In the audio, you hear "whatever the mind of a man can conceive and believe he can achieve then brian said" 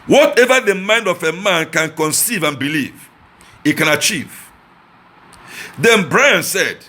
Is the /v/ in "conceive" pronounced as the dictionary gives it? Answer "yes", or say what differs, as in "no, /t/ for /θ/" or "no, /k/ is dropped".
yes